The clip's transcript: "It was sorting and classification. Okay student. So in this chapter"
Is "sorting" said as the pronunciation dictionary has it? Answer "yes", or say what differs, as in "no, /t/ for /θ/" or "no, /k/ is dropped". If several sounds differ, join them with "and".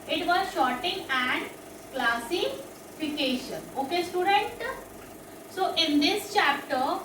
no, /ʃ/ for /s/